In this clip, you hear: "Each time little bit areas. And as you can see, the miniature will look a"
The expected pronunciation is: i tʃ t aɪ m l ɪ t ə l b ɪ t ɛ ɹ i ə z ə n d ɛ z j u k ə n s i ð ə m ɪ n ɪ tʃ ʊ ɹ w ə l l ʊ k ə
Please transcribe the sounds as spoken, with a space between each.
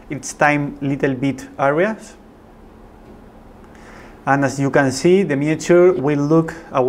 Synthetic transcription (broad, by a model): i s t aɪ m l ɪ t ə l b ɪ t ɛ ɹ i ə s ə n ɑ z j u k ə n s i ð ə m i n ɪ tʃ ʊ ɹ w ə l l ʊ k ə